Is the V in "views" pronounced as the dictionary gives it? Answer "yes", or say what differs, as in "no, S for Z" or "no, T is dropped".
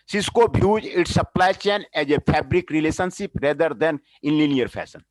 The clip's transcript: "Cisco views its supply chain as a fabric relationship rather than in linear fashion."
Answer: no, B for V